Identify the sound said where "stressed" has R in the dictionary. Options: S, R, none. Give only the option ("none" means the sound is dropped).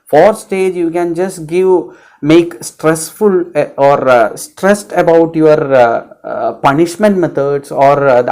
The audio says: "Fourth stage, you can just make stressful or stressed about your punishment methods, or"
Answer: R